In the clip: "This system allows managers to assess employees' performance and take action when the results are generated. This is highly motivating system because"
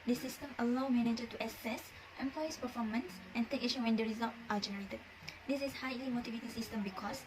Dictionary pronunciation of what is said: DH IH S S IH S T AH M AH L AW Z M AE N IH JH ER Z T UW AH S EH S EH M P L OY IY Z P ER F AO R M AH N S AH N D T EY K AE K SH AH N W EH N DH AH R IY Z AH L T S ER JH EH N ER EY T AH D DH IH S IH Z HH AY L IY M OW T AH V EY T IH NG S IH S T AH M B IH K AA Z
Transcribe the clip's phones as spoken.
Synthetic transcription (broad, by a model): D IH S S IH S T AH M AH L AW M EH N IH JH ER T UW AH S EH S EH M P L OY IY S P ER F AO M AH N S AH N T EY K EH SH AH W EH N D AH R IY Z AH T T AA JH EH N ER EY T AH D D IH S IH S HH AY L IY M OW T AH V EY T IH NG S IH S T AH M B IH K AA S